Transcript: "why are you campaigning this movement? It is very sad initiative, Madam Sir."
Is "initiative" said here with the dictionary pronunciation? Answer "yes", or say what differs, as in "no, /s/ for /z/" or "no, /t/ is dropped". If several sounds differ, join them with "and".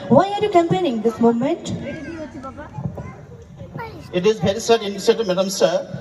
no, /s/ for /ʃ/